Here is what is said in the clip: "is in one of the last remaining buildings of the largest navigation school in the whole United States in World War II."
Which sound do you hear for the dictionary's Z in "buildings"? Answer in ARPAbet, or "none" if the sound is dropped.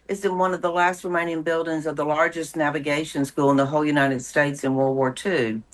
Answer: Z